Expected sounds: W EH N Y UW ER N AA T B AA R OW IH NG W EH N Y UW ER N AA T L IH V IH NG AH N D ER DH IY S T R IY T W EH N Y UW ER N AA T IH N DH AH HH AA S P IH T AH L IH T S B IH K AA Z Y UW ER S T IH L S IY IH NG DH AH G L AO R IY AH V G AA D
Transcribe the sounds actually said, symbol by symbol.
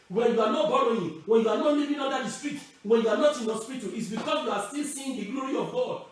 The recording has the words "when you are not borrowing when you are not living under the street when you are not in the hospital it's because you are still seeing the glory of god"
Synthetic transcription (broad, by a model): W EH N Y UW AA N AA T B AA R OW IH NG W EH N Y UW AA N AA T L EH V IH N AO D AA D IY S T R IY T W EH N Y UW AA N AA T IH N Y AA S P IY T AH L IH T S B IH K AA S Y UW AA S T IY L S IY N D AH G L AO R IY AH V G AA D